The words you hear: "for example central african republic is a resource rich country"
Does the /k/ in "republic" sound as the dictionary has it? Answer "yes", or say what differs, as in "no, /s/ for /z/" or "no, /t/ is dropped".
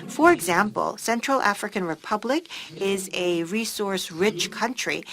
yes